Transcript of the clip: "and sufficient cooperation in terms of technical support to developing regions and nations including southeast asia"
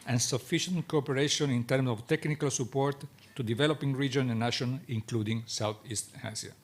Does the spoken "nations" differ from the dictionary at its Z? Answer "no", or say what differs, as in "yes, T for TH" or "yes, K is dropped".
yes, Z is dropped